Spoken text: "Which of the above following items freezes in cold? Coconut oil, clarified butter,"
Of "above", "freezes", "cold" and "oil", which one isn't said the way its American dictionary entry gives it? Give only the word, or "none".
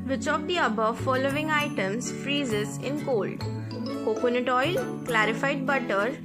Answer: none